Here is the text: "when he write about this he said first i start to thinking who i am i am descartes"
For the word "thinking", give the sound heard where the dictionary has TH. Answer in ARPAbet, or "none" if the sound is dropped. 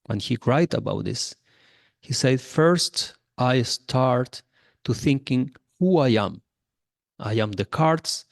TH